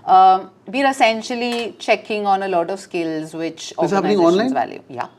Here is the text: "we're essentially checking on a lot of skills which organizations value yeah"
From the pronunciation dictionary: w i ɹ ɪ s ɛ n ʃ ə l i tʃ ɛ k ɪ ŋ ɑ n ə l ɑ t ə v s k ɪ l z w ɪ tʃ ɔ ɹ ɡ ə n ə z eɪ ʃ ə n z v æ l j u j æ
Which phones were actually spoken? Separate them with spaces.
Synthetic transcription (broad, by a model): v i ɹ ɪ s ɛ n ʃ ə l i tʃ ɛ k ɪ ŋ ɑ n ə l ɑ t ə v s k ɪ l z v ɪ tʃ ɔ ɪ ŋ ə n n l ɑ ə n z v æ l j u j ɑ